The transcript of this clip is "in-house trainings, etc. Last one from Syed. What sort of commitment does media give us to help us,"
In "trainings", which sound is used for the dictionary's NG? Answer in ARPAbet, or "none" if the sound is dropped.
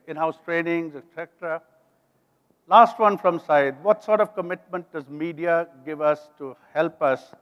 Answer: NG